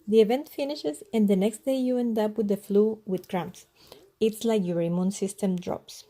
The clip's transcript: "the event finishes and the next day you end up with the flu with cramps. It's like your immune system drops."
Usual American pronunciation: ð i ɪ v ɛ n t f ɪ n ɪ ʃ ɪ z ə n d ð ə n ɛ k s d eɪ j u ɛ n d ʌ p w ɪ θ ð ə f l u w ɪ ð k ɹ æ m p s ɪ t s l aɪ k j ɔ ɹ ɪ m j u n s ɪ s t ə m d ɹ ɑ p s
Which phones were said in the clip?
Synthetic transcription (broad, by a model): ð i ɪ v ɛ n t f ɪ n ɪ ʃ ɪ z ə n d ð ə n ɛ k s d eɪ j u ɛ n d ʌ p w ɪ ð ə f l u w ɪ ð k ɹ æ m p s ɪ t s l aɪ k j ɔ ɹ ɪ m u n s ɪ s t ə m d ɹ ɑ p s